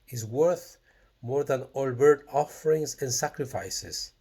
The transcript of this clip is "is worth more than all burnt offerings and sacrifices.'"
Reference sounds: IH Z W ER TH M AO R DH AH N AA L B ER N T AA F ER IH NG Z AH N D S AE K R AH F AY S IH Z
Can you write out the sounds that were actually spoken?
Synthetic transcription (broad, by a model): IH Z W ER TH M AO R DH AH N AA L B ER T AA F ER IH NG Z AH N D S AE K R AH F AY S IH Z